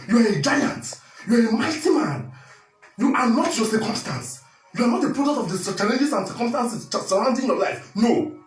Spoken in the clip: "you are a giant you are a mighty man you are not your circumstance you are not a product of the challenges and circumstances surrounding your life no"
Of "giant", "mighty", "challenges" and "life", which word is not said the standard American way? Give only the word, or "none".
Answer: challenges